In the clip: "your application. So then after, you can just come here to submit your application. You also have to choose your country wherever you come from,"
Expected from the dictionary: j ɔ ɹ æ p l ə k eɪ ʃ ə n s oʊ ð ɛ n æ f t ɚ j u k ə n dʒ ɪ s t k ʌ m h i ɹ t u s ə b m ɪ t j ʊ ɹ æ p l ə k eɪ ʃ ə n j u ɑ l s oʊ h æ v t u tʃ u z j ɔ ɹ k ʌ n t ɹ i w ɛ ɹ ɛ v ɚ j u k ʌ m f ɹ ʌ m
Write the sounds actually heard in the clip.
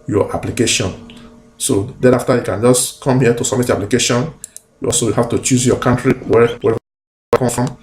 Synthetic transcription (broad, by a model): j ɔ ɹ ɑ p l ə k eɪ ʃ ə n s oʊ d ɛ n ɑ f t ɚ j u k ə n dʒ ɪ s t k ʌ m h i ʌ t u s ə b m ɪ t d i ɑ p l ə k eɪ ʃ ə n j u ɑ l s oʊ h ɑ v t u tʃ u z j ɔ k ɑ n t ɹ i w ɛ w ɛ ɚ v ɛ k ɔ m f ɹ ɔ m